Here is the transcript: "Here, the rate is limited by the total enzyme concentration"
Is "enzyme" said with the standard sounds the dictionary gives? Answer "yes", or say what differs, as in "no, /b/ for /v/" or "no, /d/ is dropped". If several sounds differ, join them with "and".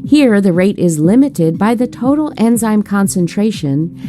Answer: yes